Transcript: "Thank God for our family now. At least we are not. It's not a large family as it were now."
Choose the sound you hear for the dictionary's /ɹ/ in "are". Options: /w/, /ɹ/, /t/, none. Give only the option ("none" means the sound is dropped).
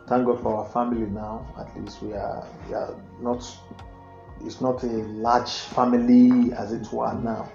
/w/